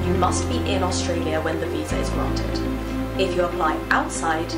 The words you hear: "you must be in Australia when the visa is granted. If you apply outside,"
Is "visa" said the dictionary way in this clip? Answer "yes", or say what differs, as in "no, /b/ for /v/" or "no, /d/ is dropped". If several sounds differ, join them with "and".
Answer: yes